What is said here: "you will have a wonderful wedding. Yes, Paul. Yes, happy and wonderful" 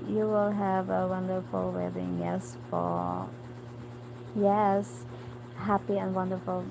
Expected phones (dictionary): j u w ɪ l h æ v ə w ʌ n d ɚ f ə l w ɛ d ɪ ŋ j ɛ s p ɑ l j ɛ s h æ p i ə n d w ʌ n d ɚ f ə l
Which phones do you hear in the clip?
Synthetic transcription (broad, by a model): j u w ɪ l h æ v ə w ʌ n d ɚ f ə l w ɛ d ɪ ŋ j ɛ s f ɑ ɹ j ɛ s h æ p i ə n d w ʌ n d ɚ f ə l